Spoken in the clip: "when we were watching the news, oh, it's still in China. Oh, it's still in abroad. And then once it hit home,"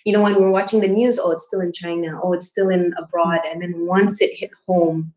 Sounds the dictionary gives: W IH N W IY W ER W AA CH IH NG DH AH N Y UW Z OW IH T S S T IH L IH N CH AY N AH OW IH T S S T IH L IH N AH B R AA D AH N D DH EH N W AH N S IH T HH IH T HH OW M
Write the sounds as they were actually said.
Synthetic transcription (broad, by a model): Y IH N W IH W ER W AA CH IH NG DH AH N Y UW Z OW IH T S S T IH L IH N CH AY N AH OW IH T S S T IH L IH N AH B R AA D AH N DH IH N W AH N S IH T HH IH T HH OW M